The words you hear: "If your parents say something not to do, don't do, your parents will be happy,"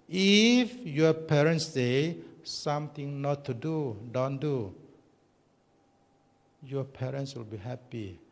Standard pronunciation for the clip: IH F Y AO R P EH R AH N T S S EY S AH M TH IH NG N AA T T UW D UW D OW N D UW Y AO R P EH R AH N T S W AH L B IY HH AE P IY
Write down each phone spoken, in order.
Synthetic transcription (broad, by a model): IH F Y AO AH P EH R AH N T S S EY S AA M T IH NG N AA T T UW D UW D OW N D UW Y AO P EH R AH N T S W AH L B IY HH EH P IY